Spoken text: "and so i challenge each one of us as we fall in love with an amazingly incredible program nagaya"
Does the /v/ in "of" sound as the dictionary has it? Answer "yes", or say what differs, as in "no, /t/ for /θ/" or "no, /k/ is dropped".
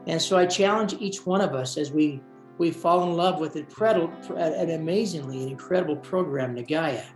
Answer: yes